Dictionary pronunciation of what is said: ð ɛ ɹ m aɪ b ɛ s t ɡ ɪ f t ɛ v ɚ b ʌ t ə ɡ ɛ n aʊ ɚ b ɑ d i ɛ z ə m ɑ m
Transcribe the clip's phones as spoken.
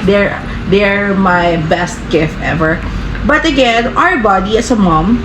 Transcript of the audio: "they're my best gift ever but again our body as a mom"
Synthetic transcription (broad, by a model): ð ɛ ɹ m aɪ b ɛ s t ɡ ɪ f t ɛ v ɚ b ʌ t ə ɡ ɛ n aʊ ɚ b ɑ d i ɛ s ə m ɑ m